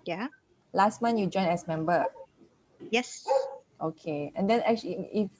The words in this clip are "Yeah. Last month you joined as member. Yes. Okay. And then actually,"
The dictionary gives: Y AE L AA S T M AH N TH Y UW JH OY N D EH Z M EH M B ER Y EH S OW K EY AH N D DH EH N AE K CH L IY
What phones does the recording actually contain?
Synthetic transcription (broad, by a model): Y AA L AA S T M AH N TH Y UW JH OY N EH S M EH M B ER Y EH S OW K EY AH N D EH N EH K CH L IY